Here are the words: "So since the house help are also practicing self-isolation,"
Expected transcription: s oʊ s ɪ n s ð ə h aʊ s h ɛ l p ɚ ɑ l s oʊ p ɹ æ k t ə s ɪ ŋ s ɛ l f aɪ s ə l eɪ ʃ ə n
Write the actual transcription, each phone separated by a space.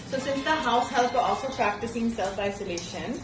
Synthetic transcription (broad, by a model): s oʊ s ɪ n s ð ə h aʊ s h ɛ l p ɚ ɑ l s oʊ p ɹ æ k t ə s ɪ ŋ s ɛ l f aɪ s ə l eɪ ʃ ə n